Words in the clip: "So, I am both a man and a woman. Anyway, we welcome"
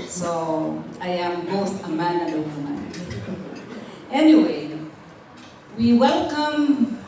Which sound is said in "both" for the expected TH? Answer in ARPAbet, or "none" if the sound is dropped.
T